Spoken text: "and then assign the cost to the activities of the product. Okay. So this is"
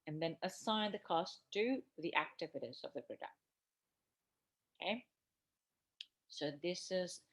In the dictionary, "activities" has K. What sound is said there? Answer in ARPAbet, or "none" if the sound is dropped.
K